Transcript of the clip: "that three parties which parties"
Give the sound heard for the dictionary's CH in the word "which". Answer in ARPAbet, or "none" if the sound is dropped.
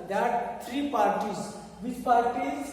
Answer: S